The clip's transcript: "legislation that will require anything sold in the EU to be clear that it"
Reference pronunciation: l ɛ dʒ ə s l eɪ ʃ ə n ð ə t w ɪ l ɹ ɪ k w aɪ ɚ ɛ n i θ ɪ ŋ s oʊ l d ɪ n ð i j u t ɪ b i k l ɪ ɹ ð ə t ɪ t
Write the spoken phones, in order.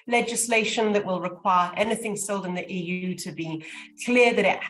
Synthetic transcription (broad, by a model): l ɛ dʒ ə s l eɪ ʃ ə n ð ə t w ɪ l ɹ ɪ k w aɪ ɚ ɛ n i θ ɪ ŋ s oʊ l d ɪ n ð i j u t ɪ b i k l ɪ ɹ ð ə t ɪ t